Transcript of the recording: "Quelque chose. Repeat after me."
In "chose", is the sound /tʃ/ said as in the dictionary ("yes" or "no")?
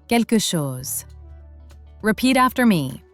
no